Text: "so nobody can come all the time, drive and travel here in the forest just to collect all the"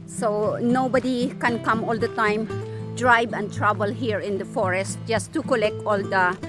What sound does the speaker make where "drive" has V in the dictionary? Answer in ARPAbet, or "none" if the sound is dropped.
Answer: B